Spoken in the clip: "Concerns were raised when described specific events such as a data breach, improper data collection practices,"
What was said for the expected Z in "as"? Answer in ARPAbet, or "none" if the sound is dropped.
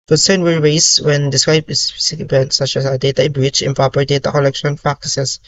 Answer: S